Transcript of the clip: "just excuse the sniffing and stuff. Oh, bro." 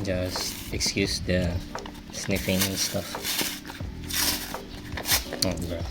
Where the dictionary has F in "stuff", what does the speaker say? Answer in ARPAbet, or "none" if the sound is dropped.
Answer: F